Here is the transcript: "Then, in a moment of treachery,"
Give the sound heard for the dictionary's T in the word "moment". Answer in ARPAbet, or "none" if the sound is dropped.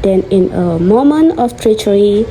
none